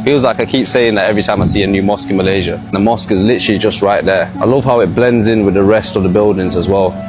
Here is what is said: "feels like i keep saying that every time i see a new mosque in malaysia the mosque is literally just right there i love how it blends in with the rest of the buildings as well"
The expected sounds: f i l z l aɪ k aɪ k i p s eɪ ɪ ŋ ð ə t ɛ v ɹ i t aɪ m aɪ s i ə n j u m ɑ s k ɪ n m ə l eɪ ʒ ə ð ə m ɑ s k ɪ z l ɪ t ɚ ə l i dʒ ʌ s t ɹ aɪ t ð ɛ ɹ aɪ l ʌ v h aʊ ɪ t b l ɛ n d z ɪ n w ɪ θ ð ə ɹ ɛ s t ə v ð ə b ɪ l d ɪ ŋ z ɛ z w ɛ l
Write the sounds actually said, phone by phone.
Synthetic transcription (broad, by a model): f i l z l aɪ k aɪ k i p s eɪ ɪ ŋ ð ə t ɛ v ɹ i t aɪ m aɪ s i ə n j u m ɑ s k ɪ n m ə l eɪ ʒ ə ð ə m ɑ s k ɪ z l ɪ t ɚ ə l i dʒ ʌ s t ɹ aɪ t ð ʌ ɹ aɪ l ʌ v h aʊ ɪ t b l ɛ n d z ɪ n w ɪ ð ə ɹ ɛ s t ə v ð ə b ɪ l d ɪ ŋ z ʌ z w ɛ l